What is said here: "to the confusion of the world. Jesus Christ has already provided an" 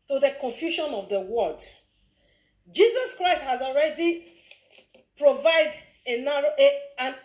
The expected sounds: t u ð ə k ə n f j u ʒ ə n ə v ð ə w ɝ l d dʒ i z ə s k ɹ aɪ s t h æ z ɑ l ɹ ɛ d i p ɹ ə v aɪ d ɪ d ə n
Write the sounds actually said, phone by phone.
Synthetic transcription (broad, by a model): t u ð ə k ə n f j u ʃ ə n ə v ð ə w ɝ d dʒ i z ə s k ɹ aɪ s t h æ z ɑ l ɹ ɛ d i p ɹ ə v aɪ d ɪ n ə n